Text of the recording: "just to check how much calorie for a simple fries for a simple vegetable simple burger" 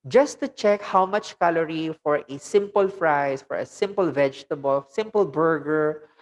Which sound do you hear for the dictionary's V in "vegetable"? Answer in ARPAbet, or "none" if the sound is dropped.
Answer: V